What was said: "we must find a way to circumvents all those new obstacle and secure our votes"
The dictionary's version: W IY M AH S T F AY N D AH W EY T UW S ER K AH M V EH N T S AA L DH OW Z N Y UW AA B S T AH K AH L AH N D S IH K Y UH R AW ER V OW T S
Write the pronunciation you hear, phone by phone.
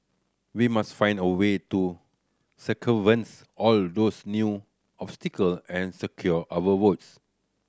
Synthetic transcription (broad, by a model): W IY M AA S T F AY N D AH W EY T UW S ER K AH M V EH N S AA L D OW S N Y UW AA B S T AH K AH L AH N S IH K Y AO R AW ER W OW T S